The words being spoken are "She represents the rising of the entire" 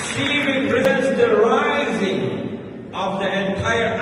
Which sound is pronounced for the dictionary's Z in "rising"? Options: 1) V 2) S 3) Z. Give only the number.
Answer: 3